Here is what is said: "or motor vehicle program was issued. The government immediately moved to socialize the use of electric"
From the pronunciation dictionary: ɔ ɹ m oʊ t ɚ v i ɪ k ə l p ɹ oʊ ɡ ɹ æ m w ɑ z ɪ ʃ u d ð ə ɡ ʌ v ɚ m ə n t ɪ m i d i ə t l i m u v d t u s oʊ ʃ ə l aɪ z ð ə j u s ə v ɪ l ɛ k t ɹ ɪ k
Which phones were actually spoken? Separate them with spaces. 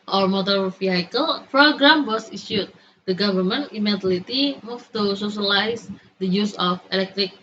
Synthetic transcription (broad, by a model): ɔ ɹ m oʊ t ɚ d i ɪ k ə l p ɹ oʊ ɡ ɹ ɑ m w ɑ s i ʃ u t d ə ɡ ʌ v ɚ m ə n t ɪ m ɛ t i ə t i m u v t u s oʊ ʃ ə l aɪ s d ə j u s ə f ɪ l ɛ k t ɹ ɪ k